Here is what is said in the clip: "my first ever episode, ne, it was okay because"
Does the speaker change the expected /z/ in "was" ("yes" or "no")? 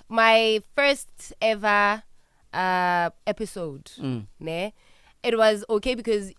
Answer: no